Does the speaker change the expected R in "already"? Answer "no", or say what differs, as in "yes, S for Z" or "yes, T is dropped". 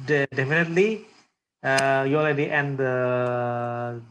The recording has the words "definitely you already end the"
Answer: yes, L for R